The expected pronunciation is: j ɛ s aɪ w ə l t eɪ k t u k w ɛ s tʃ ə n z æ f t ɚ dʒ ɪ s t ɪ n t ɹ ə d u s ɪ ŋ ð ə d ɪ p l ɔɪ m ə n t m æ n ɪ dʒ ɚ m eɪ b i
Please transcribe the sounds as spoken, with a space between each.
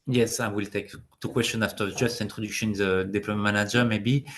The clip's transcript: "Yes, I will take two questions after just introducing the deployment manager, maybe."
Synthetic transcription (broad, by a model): j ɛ s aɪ w ə l t eɪ k t u k w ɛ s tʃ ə n ɑ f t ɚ dʒ ɪ s t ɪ n t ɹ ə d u ʃ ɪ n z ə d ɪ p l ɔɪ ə m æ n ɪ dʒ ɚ m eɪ b i